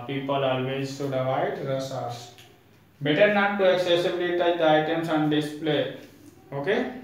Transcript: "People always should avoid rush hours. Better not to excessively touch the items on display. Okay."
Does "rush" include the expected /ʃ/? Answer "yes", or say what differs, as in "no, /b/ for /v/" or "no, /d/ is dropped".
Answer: no, /s/ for /ʃ/